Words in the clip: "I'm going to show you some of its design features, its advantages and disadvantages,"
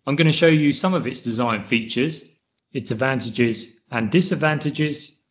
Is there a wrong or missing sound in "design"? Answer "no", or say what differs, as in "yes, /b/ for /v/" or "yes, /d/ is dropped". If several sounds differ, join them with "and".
no